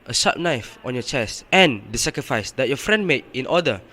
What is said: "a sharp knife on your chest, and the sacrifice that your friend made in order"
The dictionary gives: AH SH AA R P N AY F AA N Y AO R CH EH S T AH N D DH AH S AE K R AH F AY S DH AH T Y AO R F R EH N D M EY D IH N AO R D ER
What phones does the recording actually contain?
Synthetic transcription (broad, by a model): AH S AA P N AY F AA N Y AO CH EH S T AH N D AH S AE K R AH F AY S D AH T Y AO F R EH N D M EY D IH N AO D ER